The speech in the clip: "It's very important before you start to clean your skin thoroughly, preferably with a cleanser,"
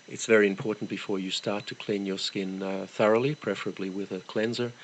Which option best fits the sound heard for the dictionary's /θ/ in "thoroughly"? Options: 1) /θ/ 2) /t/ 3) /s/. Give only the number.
1